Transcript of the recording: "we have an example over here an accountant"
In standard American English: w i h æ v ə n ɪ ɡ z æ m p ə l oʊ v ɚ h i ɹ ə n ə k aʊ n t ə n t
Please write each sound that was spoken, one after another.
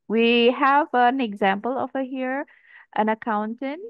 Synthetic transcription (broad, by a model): w i h æ v ə n ɪ ɡ z æ m p ə l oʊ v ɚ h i ɹ ə n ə k aʊ n t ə n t